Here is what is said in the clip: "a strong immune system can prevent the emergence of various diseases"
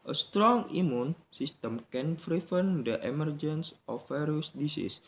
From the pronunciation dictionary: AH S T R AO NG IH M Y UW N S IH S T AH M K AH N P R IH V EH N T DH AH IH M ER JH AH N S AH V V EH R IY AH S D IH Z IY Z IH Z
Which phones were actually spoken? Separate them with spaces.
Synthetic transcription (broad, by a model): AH S T R AO NG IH M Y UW N S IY S T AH M K AH N F R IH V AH N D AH IH M ER JH AH N S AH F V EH R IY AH S D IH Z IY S